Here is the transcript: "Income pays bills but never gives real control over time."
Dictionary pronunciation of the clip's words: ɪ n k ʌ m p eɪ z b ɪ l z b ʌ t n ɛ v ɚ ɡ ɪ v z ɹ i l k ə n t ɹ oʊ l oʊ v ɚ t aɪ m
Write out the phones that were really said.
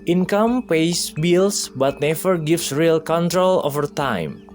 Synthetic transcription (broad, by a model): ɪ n k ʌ m p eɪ s b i l s b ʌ t n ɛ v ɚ ɡ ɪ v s ɹ i l k ə n t ɹ oʊ l oʊ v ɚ t aɪ m